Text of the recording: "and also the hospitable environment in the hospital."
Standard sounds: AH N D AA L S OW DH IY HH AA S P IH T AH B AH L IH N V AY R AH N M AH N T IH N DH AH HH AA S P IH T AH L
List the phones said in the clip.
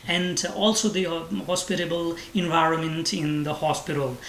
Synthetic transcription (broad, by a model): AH N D AA L S OW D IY HH AA S P IH T AH B AH L IH N V AY R AH N M AH N T IH N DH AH HH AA S P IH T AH L